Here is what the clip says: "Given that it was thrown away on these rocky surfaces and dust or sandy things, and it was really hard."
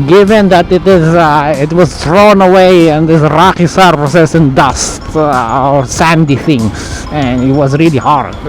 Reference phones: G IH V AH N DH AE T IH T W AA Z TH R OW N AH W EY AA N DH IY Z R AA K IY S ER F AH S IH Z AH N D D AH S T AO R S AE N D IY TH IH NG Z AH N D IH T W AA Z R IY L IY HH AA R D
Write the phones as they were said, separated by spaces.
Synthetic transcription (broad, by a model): G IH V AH N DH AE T IH T W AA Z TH R OW N AH W EY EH N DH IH S R AA K IY S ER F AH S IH S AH N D D AH S T AO R S AE N D IY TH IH NG AH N IH T W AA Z R IY L IY HH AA R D